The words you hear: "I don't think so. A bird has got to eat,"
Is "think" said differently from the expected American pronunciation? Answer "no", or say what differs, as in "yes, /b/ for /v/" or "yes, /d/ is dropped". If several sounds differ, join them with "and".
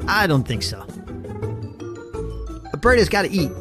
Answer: no